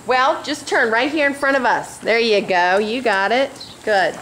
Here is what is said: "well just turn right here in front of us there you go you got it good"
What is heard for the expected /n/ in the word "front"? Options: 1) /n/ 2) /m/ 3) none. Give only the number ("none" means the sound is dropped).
3